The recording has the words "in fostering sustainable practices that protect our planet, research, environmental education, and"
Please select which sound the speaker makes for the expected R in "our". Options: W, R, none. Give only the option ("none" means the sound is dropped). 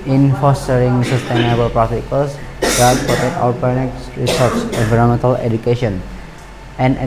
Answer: W